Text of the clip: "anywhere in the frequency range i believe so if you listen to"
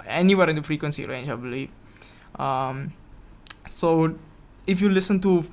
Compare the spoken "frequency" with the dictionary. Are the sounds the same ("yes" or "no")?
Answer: yes